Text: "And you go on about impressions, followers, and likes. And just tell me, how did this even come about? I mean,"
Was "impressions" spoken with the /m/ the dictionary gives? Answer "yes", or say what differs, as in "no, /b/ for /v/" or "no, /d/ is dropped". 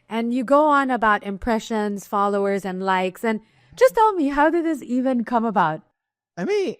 yes